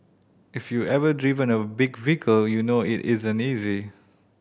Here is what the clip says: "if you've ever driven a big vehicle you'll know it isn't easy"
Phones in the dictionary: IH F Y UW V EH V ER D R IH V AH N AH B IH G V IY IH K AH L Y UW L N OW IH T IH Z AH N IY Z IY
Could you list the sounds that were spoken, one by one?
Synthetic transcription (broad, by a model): IH F Y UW EH V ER D R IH V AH N AH B IH G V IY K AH L Y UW N OW IH T IH Z AH N IY Z IY